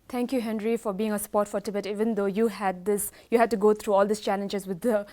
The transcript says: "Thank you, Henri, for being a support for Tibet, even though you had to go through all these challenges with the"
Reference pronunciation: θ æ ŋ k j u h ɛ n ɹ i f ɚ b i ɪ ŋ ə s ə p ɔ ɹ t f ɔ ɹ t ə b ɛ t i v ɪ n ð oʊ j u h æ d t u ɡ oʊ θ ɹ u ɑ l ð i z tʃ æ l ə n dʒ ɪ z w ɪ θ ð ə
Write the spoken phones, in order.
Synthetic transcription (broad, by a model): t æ ŋ k j u h ɛ n ɹ i f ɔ b i ɪ ŋ ə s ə p ɔ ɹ t f ɔ ɹ t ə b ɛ t i v ɪ n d oʊ j u h æ d t u ɡ oʊ t ɹ u ɑ l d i s tʃ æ l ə n dʒ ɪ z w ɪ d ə